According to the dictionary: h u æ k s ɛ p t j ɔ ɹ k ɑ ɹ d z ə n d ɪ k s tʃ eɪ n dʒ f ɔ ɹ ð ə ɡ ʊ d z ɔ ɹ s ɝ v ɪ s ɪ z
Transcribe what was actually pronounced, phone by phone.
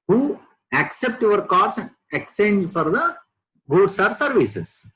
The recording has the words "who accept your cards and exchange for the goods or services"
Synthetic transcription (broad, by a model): h u æ k s ɛ p t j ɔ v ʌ ɹ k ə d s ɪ k tʃ eɪ n dʒ f ɔ ɹ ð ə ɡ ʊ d s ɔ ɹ s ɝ v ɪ s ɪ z